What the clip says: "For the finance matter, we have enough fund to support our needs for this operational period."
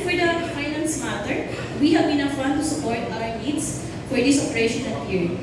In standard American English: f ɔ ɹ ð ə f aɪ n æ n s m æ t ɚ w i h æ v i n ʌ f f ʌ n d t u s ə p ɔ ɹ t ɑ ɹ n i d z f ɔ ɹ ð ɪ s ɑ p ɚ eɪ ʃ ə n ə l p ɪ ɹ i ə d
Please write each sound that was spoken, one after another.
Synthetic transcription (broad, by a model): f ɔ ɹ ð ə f aɪ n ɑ n s m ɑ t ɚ w i h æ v i n ʌ f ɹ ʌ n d t u s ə p ɔ ɹ t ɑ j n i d s f ɔ ɹ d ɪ s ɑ p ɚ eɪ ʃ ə n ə n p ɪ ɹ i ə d